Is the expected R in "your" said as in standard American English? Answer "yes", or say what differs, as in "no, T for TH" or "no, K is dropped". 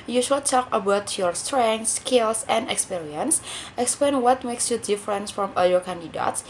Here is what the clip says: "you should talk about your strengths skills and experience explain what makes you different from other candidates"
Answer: yes